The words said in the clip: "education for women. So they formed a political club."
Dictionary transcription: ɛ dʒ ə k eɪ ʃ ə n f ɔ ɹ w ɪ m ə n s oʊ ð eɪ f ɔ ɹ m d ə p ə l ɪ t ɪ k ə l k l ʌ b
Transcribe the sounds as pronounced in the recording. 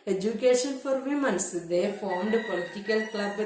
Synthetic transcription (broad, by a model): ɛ dʒ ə k eɪ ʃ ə n f ɔ ɹ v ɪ m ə n s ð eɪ f ɔ ɹ m d p ə l ɪ t ɪ k ə l k l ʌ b